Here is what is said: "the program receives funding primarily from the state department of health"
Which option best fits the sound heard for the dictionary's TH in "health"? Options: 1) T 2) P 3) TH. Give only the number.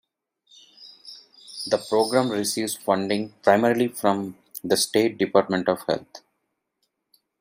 1